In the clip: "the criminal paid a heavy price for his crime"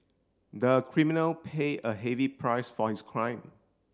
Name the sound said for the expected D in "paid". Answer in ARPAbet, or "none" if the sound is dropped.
none